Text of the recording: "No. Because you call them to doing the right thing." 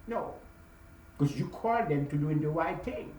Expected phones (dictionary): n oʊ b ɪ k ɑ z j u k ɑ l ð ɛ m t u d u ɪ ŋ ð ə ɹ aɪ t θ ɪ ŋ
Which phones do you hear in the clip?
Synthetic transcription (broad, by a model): n oʊ k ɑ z j u k ɑ l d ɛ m t u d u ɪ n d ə w aɪ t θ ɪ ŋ